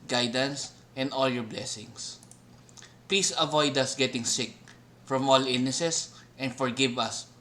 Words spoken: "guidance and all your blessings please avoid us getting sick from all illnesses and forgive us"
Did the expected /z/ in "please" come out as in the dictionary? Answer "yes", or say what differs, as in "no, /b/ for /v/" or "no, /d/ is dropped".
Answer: no, /s/ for /z/